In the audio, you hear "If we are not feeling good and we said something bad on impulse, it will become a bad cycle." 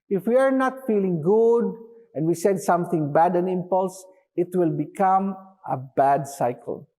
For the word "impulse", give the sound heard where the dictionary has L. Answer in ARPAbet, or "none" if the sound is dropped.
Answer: L